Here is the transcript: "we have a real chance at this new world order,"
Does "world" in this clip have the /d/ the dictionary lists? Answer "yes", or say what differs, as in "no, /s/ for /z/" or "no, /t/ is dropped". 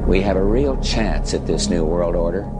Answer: yes